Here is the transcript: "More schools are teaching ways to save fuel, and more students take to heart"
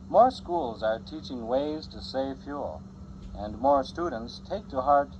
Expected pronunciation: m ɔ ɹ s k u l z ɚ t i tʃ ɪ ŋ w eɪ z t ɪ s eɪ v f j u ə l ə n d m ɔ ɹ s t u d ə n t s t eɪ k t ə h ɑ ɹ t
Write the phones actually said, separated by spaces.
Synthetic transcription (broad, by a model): m ɔ ɹ s k u l z ɚ t i tʃ ɪ ŋ w eɪ z t ɪ s eɪ v f j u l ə n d m ɔ ɹ s t u d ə n t s t eɪ k t ə h ɑ ɹ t